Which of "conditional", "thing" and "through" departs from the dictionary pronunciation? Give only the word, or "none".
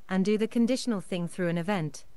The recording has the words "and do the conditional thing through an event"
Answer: none